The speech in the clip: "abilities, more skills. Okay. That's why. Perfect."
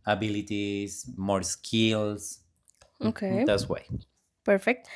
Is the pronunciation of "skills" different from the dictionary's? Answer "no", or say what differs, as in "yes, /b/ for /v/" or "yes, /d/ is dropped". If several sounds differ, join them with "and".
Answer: yes, /s/ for /z/